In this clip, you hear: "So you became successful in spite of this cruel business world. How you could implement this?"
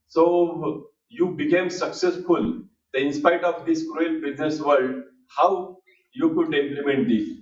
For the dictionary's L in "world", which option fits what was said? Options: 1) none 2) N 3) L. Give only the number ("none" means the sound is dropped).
1